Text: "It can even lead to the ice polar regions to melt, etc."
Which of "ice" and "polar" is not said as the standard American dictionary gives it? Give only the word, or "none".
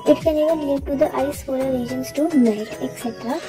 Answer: polar